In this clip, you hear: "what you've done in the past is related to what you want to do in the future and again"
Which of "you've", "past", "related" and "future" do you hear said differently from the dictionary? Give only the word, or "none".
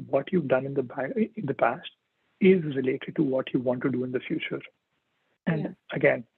none